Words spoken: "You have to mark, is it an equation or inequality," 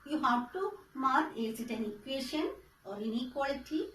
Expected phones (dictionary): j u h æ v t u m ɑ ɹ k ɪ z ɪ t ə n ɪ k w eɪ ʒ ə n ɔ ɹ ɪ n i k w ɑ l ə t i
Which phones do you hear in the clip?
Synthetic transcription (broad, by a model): j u h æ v t u m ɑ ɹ ɪ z ɪ t ə n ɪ k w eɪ ʃ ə n ɔ ɹ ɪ n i k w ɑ l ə t i